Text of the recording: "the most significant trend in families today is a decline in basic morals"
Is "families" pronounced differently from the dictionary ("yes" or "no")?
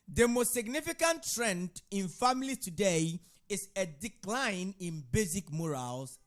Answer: yes